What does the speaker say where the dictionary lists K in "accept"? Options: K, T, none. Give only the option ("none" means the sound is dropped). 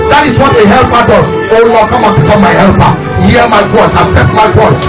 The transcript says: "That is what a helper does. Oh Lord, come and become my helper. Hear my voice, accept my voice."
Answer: none